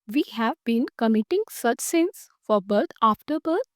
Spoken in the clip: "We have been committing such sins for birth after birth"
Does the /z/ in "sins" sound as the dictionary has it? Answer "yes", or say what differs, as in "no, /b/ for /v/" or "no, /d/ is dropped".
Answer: no, /s/ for /z/